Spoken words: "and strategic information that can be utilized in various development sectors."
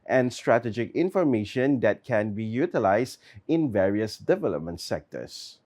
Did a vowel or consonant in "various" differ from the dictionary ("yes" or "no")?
no